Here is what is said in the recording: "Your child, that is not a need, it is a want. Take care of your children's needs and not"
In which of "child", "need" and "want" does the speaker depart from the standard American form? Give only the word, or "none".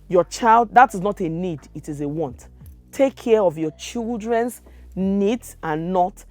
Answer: none